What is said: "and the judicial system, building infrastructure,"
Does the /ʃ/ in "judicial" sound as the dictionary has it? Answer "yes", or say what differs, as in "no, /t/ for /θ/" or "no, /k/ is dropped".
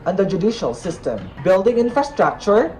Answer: yes